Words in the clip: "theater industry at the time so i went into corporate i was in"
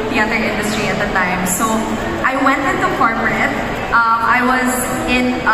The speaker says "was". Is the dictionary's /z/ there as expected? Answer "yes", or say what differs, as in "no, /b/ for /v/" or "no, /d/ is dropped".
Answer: yes